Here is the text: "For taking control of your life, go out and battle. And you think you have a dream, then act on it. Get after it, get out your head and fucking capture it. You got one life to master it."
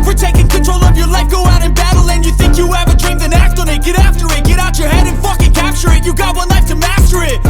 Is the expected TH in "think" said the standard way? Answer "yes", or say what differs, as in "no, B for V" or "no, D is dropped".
yes